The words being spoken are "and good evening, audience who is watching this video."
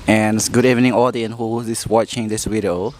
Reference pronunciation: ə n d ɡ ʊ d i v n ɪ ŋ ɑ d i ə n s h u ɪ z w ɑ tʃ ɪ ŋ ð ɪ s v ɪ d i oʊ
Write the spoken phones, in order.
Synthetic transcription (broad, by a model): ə n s ɡ ʊ d i v n ɪ ŋ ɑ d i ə n h u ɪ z w ɑ tʃ ɪ ŋ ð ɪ s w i d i oʊ